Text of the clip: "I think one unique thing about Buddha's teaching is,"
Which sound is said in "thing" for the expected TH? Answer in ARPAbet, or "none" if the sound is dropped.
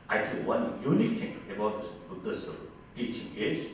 T